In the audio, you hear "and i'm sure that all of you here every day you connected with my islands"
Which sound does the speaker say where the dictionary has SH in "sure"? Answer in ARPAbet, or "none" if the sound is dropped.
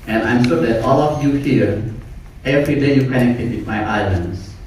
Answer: S